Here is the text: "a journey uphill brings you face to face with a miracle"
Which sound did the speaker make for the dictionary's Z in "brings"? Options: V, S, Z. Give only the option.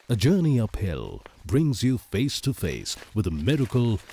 Z